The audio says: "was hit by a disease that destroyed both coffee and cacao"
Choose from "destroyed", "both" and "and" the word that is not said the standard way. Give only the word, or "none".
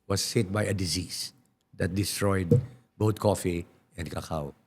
both